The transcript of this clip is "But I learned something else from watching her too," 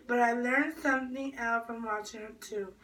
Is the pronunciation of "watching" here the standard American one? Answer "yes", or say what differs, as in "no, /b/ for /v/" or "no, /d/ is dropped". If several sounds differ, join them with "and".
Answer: no, /tʃ/ is dropped